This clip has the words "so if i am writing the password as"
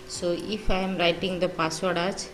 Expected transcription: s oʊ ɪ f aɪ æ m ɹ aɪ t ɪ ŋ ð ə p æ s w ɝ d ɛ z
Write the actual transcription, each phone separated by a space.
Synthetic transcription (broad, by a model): s oʊ ɪ f aɪ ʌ m ɹ aɪ t ɪ ŋ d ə p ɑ s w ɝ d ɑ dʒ